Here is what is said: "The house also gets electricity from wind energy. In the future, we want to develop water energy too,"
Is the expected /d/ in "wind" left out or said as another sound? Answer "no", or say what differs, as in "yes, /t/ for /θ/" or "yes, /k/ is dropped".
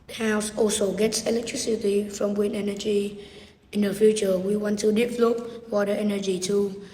yes, /d/ is dropped